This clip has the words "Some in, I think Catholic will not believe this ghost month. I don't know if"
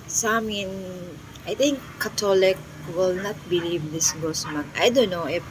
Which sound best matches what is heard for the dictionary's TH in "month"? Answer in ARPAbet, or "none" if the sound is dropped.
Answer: T